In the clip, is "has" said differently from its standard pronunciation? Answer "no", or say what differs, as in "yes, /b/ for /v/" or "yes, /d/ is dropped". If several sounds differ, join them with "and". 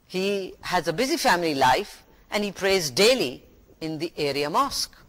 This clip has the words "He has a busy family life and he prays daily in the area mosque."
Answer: no